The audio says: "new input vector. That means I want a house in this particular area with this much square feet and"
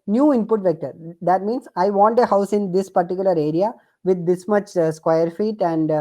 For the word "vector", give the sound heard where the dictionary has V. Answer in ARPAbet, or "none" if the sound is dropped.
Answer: V